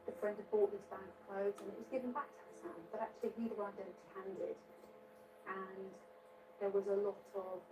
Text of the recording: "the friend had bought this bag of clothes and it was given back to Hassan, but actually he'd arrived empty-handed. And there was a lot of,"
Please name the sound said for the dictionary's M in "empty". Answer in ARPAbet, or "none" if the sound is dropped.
none